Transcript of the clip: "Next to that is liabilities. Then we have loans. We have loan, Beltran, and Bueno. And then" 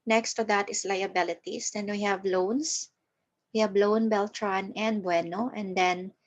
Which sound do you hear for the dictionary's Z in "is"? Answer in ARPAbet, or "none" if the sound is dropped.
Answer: S